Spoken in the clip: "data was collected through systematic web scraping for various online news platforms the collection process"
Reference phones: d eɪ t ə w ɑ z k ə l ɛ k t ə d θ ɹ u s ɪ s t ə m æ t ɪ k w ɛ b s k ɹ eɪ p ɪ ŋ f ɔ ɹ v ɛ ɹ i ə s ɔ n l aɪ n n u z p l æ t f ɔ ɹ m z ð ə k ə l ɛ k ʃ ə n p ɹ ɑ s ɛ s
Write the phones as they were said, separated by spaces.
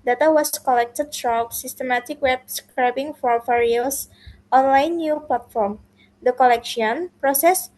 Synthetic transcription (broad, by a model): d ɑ t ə w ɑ s k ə l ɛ k t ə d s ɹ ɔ s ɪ s t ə m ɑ t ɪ k w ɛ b s k ɹ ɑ b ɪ ŋ f ɔ ɹ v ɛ ɹ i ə s ɔ n l aɪ n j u p l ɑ t f ɔ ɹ m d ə k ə l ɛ k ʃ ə n p ɹ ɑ s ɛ s